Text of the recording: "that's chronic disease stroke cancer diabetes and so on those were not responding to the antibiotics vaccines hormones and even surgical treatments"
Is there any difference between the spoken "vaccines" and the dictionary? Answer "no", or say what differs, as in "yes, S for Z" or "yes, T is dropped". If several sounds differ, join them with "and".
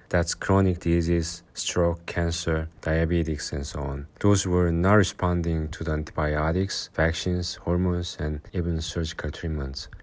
yes, SH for S